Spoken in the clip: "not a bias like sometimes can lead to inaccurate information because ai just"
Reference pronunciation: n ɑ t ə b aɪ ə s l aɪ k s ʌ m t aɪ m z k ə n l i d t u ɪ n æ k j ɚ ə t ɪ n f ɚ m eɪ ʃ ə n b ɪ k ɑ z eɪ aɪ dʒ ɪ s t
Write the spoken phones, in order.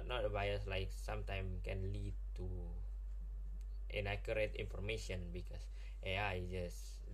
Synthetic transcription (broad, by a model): n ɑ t ə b aɪ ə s l aɪ k s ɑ m t aɪ m k ə n l i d t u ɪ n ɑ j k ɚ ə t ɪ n f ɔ m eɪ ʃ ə n b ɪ k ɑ s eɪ aɪ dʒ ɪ s